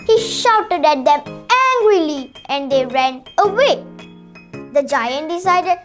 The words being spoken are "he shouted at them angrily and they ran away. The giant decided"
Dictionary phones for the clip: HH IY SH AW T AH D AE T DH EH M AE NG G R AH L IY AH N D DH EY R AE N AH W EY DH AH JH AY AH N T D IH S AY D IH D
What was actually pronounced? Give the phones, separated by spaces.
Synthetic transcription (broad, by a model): HH IY SH AW T AH D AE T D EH M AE NG G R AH L IY AH N D EY R AE N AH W EY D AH JH AY AH N T D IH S AY D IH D